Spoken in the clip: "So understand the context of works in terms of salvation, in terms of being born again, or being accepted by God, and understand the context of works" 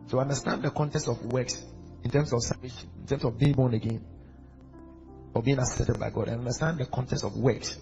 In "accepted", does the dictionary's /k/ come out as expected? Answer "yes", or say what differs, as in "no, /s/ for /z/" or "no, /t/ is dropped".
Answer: no, /k/ is dropped